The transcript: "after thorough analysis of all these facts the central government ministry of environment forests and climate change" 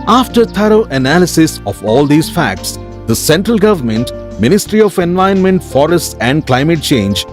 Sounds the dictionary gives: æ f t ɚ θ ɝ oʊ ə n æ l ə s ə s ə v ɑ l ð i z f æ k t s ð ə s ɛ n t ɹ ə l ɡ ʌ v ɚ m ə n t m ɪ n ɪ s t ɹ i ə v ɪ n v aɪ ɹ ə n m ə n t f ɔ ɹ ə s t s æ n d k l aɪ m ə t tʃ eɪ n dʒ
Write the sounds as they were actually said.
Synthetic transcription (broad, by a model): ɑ f t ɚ t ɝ oʊ ə n æ l ə s ə s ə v ɑ l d i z f æ k t s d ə s ɛ n t ɹ ə l ɡ ʌ v ɚ m ə n t m ɪ n ɪ s t ɹ i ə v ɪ n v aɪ ə n m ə n t f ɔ ɹ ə s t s æ n d k l aɪ m ə t tʃ eɪ n dʒ